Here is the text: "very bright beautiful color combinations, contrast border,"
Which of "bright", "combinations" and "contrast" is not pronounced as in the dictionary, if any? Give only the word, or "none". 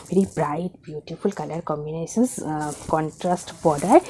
combinations